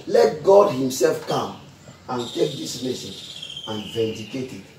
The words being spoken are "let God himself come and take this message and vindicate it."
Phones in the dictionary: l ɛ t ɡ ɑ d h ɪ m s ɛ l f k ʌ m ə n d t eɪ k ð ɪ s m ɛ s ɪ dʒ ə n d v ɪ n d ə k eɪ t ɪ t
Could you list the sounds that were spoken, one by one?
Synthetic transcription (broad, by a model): l ɛ t ɡ ɑ d h ɪ m s ɛ l f k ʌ m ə n t eɪ k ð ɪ s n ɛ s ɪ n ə n v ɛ n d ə k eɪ t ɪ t